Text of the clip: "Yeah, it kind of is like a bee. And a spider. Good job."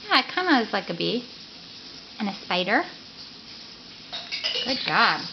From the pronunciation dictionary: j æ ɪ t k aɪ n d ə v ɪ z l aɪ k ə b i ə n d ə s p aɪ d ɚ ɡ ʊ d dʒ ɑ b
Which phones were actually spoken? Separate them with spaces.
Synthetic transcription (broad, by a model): j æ ɪ t k aɪ n d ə w ɪ z l aɪ k ə b i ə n ə s p aɪ d ɚ ɡ ʊ d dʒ ɑ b